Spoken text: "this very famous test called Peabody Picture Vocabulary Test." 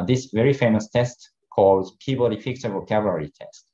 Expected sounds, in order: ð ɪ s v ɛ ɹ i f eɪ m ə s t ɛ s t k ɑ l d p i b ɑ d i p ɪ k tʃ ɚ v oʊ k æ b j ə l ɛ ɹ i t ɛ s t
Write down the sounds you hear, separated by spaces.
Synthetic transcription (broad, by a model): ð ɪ s v ɛ ɹ i f eɪ m ə s t ɛ s t k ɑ l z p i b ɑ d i f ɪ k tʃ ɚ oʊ k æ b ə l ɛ ɹ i t ɛ s t